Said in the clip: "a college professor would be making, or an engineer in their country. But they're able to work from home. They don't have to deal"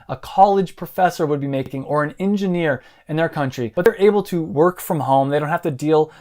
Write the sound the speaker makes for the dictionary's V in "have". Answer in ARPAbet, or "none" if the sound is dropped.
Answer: F